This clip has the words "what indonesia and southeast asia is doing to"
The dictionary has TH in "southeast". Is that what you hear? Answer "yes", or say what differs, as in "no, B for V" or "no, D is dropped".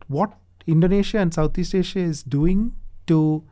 no, T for TH